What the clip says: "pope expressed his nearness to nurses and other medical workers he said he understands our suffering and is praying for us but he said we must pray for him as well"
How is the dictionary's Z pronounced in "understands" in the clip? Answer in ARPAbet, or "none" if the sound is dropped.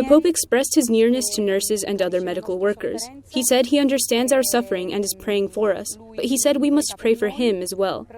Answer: Z